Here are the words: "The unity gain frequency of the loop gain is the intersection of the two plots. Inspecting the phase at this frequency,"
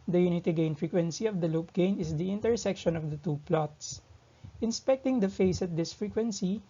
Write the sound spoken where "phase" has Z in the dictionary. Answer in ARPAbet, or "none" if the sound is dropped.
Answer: S